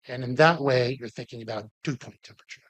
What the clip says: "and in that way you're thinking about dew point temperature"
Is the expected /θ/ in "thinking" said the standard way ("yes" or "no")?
yes